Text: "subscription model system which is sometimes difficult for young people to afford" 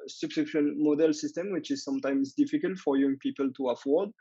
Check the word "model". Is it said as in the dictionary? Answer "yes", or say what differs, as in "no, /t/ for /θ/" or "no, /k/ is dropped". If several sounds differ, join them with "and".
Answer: yes